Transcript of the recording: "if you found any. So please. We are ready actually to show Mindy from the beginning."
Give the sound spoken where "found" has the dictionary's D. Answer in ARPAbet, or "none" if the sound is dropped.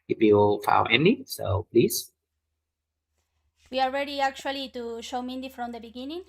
none